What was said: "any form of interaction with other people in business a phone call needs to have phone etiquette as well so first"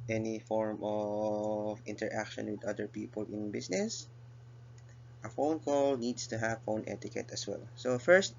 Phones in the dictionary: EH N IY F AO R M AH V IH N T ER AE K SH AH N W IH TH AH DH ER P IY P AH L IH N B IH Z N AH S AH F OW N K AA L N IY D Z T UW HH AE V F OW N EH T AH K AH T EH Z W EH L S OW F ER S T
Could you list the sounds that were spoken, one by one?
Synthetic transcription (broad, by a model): EH N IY F AO R M AH V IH N T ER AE K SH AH N W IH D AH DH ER P IY P AH L IH N B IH S N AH S AH F OW N K AA L N IY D S T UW HH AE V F OW N EH T AH K AH T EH S W EH L S OW F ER S T